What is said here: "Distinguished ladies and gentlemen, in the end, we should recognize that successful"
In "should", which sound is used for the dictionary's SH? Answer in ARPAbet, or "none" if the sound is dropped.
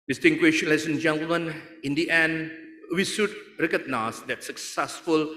S